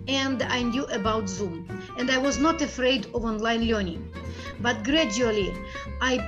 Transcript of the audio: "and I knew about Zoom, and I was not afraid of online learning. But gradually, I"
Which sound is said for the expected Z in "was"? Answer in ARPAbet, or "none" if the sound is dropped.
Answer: Z